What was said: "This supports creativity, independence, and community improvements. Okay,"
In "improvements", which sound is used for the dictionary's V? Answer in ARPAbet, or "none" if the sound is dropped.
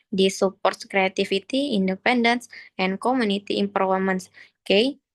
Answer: none